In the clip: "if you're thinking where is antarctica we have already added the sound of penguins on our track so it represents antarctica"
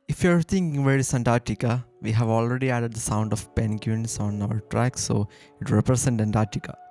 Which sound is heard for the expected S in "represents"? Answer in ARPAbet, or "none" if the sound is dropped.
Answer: none